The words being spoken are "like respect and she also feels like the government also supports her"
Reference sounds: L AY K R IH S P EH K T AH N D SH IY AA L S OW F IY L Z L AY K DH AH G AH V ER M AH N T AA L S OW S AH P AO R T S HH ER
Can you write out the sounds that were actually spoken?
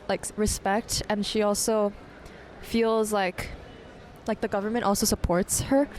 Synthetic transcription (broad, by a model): L AY K R IH S P EH K T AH N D SH IY AA L S OW F IY L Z L AY K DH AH G AH V ER M AH N T AA L S OW S AH P AO R T S HH ER